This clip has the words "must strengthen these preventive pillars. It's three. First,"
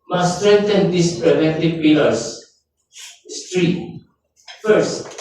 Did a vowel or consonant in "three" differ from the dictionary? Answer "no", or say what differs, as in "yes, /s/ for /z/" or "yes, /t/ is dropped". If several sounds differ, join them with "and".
yes, /t/ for /θ/